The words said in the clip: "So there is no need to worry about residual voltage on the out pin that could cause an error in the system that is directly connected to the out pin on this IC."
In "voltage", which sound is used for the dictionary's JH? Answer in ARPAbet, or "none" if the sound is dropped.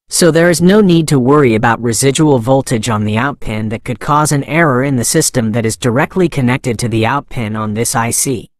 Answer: JH